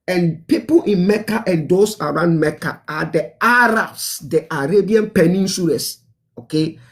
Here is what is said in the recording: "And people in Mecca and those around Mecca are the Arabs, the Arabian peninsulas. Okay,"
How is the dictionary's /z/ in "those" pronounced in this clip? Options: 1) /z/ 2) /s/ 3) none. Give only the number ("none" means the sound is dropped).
2